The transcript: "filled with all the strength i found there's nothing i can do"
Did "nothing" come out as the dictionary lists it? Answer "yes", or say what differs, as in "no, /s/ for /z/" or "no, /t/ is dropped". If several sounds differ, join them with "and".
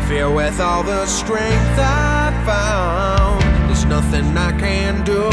yes